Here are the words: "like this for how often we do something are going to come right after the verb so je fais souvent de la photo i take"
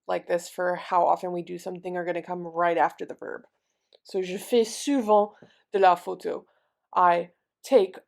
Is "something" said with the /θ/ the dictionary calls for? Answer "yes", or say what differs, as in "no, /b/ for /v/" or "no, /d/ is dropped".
yes